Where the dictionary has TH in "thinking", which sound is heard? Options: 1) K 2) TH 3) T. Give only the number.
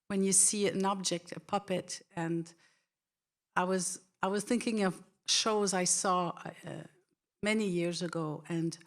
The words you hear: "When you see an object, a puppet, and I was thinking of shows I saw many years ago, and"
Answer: 2